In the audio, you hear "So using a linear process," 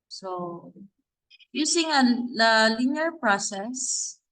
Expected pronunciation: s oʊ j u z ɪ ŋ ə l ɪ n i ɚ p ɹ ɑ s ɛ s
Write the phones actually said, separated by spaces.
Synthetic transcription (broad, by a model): s oʊ j u s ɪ ŋ ə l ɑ l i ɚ p ɹ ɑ s ɛ s